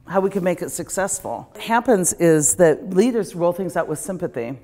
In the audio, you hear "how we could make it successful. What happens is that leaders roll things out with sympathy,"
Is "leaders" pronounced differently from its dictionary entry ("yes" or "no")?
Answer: no